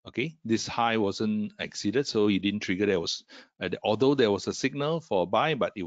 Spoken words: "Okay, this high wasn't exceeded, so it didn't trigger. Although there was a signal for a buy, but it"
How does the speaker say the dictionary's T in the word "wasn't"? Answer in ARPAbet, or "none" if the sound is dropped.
none